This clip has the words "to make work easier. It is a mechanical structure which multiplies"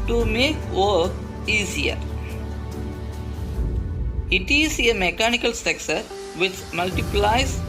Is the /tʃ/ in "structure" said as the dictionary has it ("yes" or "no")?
no